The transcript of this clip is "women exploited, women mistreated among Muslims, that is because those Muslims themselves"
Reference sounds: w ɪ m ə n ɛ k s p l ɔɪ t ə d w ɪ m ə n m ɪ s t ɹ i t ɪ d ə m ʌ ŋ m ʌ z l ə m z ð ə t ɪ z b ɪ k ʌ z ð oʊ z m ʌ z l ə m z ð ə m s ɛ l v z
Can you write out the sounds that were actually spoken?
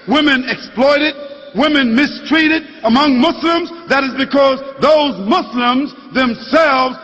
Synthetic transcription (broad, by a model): w ɪ m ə n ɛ k s p l ɔɪ t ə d w ɪ m ə n m ɪ s t ɹ i t ɪ d ə m ʌ ŋ m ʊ s l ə m z ð ə t ɪ z b ɪ k ʌ z ð oʊ z m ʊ s l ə m z ð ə m s ɛ l v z